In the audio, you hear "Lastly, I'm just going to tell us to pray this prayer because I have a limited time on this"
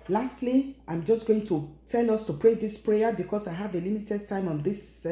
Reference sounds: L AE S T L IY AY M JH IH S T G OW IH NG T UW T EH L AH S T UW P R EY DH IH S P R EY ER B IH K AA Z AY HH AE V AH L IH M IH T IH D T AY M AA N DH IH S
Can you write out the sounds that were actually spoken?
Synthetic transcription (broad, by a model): L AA S T L IY AY M JH IH S T G OW IH NG T UW T EH L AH S T UW P R EY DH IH S P R EY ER B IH K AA S AY HH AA V AH L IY M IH T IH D T AY M AA N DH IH S